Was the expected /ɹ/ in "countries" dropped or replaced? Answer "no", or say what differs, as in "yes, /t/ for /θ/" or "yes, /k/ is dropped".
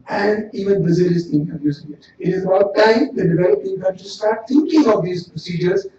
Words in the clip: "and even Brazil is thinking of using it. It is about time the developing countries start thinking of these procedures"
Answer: yes, /ɹ/ is dropped